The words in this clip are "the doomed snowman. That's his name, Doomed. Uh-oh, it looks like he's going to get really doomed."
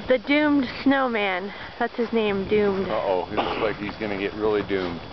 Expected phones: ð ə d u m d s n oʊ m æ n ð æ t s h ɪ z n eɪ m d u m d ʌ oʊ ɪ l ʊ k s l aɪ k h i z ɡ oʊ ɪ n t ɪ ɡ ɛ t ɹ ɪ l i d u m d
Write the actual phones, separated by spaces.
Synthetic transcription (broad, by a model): ð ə d u m d s n oʊ m æ n ð æ t s h ɪ z n eɪ m d u m d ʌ oʊ ɪ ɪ s l aɪ k h i z ɡ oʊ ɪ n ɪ ɡ ɛ t ɹ ɪ l i d u m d